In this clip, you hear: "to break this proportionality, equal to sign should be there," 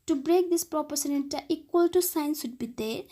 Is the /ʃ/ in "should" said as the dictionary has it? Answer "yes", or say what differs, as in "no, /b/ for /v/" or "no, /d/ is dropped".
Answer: no, /s/ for /ʃ/